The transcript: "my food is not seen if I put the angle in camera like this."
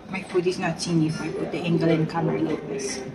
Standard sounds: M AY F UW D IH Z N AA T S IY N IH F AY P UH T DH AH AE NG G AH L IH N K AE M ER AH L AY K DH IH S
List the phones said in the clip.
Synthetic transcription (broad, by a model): M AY P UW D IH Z N AA T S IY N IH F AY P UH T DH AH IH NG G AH L IH N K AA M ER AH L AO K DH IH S